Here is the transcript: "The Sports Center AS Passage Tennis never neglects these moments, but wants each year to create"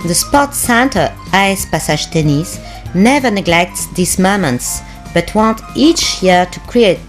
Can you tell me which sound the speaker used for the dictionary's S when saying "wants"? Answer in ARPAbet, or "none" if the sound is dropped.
none